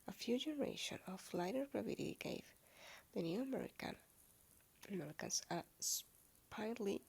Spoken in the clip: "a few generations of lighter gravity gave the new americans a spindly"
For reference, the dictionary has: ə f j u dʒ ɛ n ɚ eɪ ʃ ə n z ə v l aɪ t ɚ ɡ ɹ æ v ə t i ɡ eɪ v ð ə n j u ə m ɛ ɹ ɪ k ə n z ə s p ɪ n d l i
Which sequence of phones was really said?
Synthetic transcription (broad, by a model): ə f j u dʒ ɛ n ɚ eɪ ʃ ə n ə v l aɪ t ɚ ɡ ɹ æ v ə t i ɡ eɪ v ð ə n j u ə m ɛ ɹ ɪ k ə n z ə s p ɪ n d l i